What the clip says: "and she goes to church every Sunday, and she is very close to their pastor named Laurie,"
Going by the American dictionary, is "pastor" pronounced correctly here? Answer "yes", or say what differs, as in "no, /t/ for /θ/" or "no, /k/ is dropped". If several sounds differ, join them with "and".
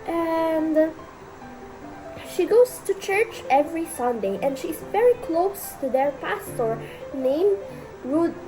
yes